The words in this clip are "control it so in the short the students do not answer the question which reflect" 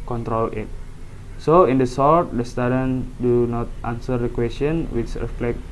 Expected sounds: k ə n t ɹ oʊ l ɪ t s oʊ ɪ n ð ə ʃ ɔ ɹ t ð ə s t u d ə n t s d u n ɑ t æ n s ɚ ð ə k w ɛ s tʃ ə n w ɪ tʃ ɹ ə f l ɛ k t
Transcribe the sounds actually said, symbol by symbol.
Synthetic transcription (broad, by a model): k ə n t ɹ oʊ l ɪ t s oʊ ɪ n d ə s ɔ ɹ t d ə s t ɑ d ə n d u n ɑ t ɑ n s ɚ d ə k w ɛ s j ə n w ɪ tʃ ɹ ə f l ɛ k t